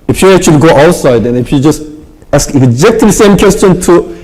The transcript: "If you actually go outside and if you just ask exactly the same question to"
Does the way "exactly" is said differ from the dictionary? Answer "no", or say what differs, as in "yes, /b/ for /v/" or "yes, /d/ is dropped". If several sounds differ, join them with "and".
yes, /l/ is dropped